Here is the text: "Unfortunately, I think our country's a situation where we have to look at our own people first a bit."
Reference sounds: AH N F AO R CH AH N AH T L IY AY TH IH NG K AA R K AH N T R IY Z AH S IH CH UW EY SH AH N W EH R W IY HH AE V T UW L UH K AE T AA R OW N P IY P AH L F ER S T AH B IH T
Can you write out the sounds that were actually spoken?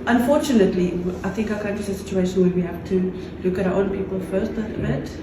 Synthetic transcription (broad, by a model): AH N F AO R CH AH N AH T L IY AY TH IH NG K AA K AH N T IY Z AH S IH CH UW EY SH AH N W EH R W IY HH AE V T UW L UH K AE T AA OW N P IY P AH L F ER S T AH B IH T